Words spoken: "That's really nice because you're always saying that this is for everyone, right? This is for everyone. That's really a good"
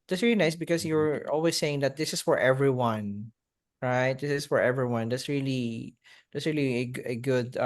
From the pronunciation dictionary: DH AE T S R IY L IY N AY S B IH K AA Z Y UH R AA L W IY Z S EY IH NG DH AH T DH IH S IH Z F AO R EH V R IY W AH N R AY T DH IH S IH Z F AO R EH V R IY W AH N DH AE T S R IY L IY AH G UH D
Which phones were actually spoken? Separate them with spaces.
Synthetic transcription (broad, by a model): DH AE T S R IY L IY N AY S B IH K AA S Y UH R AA L W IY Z S EY IH NG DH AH T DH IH S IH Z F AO R EH V R IY W AH N R AY T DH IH S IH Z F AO R EH V R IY W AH N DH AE T S R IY L IY AH G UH D